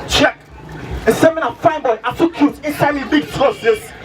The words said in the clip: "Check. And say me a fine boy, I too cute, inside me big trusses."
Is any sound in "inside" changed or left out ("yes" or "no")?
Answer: no